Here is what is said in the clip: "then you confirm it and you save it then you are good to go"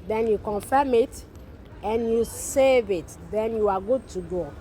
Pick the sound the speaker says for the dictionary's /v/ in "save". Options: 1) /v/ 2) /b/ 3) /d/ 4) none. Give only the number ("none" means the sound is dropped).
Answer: 1